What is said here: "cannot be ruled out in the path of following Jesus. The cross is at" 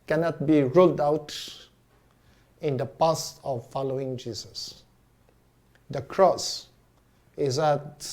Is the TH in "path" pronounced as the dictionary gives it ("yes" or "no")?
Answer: no